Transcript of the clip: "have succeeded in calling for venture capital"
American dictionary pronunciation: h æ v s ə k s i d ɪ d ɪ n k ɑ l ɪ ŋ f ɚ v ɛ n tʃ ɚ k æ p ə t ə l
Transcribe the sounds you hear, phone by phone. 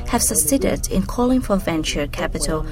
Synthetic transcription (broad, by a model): h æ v s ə s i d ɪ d ɪ n k ɑ l ɪ ŋ f ɚ v ɛ n tʃ ɚ k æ p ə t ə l